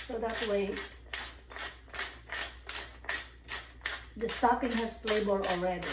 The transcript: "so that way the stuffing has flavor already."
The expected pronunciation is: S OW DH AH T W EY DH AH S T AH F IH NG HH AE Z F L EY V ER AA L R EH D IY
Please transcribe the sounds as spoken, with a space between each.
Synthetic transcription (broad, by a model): S OW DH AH T W EY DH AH S T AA P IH NG HH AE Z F L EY B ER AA L R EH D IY